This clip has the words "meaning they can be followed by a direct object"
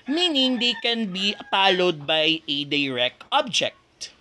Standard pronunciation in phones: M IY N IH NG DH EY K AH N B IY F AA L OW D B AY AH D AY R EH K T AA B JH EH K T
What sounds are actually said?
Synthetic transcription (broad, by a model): M IY N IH NG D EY K AH N B IY P AA L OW D B AY AH D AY R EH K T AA B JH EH K T